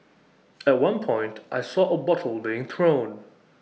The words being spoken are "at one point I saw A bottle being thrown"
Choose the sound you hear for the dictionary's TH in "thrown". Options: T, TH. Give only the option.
TH